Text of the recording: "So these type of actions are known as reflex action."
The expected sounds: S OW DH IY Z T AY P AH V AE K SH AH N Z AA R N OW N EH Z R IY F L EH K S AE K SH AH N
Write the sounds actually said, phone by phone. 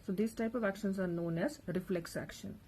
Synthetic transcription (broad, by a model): S OW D IY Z T AY P AH V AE K SH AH N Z AA R N OW N EH Z R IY F L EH K S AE K SH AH N